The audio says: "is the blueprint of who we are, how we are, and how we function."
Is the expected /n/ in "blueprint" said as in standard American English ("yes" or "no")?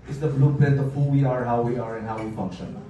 no